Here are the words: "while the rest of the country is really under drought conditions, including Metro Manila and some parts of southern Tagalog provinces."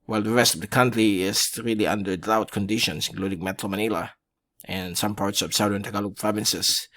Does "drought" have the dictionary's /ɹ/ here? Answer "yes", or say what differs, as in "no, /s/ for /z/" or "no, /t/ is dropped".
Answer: no, /ɹ/ is dropped